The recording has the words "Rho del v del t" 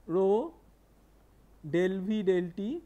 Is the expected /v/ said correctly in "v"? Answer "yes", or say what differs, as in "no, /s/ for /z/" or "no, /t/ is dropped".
no, /b/ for /v/